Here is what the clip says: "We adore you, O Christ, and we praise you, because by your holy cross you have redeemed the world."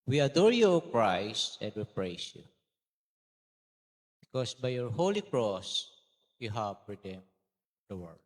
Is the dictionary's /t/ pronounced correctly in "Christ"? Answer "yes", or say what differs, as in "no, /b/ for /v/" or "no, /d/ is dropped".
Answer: yes